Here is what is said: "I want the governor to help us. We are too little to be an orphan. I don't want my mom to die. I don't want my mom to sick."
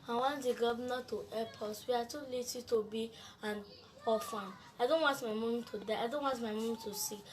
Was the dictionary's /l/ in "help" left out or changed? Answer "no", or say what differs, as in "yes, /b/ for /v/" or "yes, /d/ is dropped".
yes, /l/ is dropped